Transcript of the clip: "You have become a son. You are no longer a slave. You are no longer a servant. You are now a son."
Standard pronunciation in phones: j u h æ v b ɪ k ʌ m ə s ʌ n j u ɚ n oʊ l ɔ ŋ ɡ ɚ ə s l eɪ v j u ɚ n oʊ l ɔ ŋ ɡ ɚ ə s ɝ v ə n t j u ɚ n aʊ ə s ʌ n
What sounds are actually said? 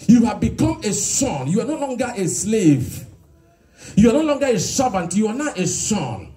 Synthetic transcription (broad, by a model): j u h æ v b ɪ k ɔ m ə s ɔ n j u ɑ n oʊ l ɔ ŋ ɡ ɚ ə s l eɪ v j u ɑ n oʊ l ɔ ŋ ɡ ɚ ə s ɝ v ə n t j u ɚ n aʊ ə s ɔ n